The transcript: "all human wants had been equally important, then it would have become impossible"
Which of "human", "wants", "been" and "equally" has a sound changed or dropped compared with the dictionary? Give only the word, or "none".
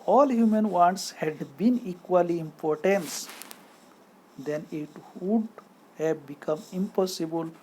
none